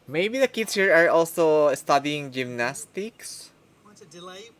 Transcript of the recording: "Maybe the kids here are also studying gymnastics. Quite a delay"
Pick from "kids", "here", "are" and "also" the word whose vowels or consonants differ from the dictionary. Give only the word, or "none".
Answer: kids